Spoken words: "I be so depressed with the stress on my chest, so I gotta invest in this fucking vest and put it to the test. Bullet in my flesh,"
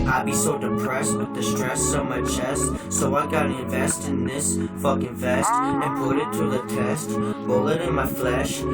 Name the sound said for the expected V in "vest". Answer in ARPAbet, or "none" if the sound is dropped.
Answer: V